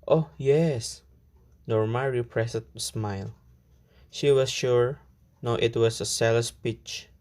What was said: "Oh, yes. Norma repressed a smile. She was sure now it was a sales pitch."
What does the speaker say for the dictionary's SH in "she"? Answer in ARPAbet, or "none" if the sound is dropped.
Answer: SH